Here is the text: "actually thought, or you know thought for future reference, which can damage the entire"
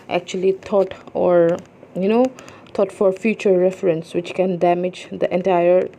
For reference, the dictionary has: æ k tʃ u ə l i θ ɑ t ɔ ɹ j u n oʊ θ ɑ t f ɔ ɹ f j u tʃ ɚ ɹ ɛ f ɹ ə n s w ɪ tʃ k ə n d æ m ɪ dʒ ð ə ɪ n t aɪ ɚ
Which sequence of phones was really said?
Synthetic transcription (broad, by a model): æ k tʃ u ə l i t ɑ t ɔ ɹ j u n oʊ t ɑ t f ɔ ɹ f j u tʃ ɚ ɹ ɛ f ɹ ə n s w ɪ tʃ k ə n d æ m ɪ dʒ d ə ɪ n t aɪ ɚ